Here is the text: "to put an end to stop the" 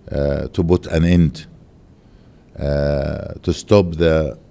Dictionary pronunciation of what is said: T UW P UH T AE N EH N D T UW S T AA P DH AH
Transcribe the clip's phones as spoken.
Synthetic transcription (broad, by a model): T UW B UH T AE N EH N D T UW S T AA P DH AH